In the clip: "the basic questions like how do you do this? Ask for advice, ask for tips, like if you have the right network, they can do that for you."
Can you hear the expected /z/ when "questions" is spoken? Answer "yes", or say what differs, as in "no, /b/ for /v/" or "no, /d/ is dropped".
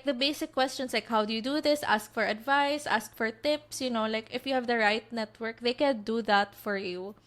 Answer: no, /s/ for /z/